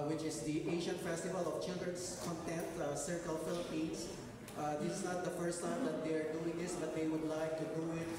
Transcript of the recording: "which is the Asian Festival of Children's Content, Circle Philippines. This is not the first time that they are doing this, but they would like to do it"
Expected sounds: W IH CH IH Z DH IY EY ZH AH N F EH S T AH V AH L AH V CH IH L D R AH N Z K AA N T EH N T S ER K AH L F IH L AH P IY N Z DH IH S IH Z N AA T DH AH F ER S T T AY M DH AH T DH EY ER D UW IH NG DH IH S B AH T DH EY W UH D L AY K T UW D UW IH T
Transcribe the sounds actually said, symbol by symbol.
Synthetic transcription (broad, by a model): W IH CH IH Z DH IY EY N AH N F EH S T AH V AH L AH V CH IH L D AH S K AA N T EH N T S ER K AH L F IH L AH P IY N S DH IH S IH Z N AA T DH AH F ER S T T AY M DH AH T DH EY ER D UW IH NG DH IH S B AH T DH EY W UH D L AY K T UW D UW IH T